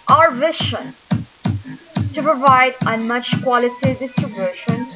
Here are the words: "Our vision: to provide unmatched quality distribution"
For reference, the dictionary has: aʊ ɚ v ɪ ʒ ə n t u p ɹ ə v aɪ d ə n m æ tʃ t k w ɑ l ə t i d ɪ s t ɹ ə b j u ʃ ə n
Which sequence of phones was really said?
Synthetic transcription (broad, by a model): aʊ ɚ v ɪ ʃ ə n t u p ɹ ə v aɪ d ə n m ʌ tʃ k w ɑ l ə t i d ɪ s t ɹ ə b j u ʃ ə n